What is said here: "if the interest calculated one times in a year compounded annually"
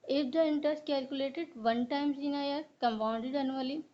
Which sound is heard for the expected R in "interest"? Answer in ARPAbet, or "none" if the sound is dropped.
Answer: none